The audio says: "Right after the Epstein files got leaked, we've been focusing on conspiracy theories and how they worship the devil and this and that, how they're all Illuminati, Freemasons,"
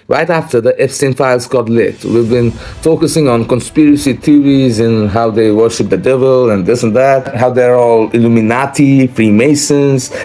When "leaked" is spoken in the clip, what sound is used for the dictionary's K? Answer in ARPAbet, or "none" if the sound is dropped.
none